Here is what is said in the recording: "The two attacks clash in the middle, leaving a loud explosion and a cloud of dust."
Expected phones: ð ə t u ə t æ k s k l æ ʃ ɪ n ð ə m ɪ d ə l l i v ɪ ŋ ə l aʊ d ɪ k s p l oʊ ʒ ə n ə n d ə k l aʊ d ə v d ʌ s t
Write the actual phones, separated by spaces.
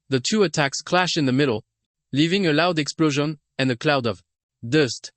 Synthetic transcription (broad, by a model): ð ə t u ə t æ k s k l æ ʃ ɪ n ð ə m ɪ d l l i v ɪ ŋ ə l aʊ d ɪ k s p l oʊ ʒ ə n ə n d ə k l aʊ d ə v d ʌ s t